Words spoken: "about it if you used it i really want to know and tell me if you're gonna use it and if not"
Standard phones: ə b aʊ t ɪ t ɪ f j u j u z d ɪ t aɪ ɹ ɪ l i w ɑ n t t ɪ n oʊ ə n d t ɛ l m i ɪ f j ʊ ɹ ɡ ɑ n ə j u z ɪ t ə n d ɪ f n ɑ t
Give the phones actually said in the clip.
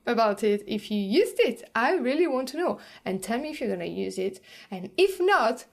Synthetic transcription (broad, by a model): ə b aʊ t ɪ t ɪ f j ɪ j u z d ɪ t aɪ ɹ ɪ l i w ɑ n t t ɪ n oʊ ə n t ɛ l m i ɪ f j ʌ ɹ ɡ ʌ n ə j u z ɪ t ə n ɪ f n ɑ t